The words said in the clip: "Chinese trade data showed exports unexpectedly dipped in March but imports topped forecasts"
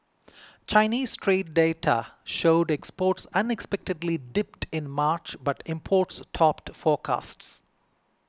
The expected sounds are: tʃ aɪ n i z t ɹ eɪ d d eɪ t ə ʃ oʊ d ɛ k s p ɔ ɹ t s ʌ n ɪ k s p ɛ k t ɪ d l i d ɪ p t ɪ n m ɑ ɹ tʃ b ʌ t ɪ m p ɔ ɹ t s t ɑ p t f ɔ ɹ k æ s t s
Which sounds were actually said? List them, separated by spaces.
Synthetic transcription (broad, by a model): tʃ aɪ n i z t ɹ eɪ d d eɪ t ə ʃ oʊ d ɛ k s p ɔ ɹ t s ʌ n ɪ k s p ɛ k t ɪ d l i d ɪ p t ɪ n m ɑ ɹ tʃ b ʌ t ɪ m p ɔ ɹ t s t ɑ p t f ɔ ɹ k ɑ s t s